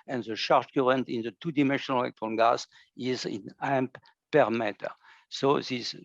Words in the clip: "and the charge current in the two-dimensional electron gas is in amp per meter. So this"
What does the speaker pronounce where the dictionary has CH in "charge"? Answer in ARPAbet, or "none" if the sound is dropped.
SH